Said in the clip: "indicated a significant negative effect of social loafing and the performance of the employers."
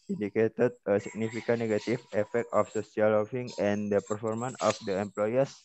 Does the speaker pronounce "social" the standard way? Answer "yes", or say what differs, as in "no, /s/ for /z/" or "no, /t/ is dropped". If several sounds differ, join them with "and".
no, /s/ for /ʃ/